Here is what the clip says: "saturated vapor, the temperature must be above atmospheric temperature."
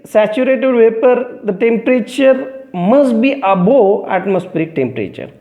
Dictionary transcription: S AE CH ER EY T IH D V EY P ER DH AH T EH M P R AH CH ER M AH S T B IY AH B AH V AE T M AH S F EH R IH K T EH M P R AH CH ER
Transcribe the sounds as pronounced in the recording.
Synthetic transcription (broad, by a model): S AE CH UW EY T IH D V EY P ER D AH T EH M P R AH CH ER M AH S T B IY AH B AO AE T M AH S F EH R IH K T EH M P R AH CH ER